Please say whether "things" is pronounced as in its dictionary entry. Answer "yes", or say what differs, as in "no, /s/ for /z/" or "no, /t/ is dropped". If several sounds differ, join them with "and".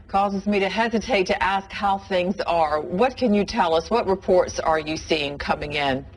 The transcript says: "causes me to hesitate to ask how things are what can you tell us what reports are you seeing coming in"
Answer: yes